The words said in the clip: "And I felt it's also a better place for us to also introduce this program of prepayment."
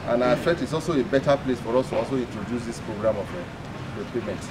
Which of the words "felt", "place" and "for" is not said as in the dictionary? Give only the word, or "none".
felt